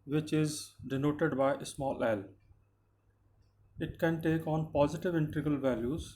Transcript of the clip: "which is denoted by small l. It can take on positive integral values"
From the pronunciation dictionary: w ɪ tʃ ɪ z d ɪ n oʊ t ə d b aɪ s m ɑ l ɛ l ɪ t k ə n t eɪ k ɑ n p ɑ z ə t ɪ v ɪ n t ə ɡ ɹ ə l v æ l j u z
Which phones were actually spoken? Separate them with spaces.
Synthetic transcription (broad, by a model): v ɪ tʃ ɪ z d ɪ n oʊ t ə d b aɪ s m ɑ l ɛ l ɪ t k ə n t eɪ k ɑ n p ɑ z ə t ɪ v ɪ n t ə ɡ ə l v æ l j u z